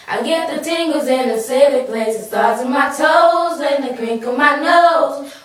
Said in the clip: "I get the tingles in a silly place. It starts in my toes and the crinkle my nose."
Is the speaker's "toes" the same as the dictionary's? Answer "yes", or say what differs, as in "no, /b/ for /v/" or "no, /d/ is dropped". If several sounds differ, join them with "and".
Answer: yes